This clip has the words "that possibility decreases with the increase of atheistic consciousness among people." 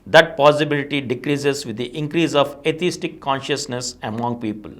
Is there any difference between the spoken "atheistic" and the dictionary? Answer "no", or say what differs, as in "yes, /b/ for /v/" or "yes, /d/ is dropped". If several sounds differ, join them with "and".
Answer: yes, /t/ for /θ/